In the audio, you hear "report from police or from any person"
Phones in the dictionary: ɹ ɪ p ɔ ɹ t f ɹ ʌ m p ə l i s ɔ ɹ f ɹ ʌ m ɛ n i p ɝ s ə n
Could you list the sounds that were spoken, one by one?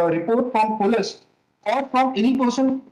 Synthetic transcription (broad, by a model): ɹ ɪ p ɔ ɹ t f ɹ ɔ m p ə l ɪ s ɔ l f ɹ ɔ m ɛ n i p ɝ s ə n